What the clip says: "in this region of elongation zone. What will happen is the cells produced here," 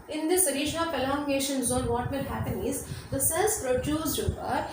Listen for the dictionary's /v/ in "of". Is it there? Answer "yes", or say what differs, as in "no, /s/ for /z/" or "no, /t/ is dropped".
no, /p/ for /v/